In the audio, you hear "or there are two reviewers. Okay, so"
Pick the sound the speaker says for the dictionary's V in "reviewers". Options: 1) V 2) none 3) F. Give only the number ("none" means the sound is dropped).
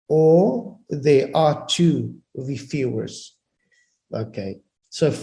3